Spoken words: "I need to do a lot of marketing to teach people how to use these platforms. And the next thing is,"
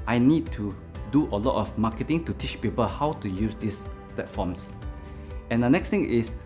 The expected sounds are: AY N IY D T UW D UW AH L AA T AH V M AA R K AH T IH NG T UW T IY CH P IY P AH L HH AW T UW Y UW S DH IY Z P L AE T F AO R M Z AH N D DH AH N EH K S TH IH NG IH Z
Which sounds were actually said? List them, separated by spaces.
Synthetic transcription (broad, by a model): AY N IY D T UW D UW AH L AA T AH F M AA K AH T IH NG T UW T IY CH P IY P AH L HH AW T UW Y UW S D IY S P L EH T F AO M S AH N D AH N EH K S T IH NG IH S